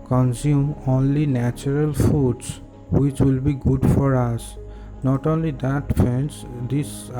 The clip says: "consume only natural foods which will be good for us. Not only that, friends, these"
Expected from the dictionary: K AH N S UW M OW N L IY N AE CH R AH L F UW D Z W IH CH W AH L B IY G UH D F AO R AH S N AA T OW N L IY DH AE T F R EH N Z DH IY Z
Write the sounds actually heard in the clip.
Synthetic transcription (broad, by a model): K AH N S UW M OW N L IY N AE CH R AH L F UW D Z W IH CH W AH L B IY G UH D F AO R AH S N AA T OW N L IY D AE T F EH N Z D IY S